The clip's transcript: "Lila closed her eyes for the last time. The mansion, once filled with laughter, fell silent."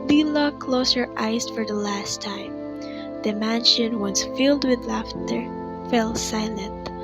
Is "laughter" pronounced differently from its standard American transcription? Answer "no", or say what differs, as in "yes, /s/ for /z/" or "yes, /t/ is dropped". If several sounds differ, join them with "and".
no